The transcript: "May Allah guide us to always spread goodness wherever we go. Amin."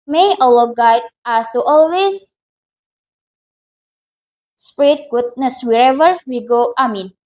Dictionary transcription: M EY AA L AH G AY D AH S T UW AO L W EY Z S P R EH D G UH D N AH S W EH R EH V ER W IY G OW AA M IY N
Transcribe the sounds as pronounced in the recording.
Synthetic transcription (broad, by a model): M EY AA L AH G AY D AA S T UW AO L W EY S S P R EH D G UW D N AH S W EH R EH V ER W IY G OW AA M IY N